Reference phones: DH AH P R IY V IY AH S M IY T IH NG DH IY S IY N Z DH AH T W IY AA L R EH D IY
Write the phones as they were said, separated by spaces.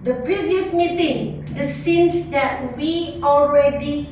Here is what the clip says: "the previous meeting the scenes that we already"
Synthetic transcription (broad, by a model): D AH P R IY V IY AH S M IY T IH NG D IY S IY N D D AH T W IY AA L R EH D IY